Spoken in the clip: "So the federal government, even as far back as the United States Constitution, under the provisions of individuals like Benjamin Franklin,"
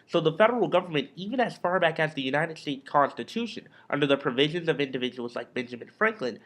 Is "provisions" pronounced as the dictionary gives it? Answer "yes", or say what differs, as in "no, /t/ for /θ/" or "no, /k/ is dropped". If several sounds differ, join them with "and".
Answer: yes